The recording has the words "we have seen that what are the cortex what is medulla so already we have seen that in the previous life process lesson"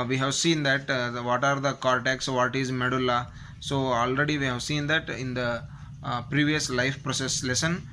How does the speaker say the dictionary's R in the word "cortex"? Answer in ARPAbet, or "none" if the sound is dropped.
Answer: R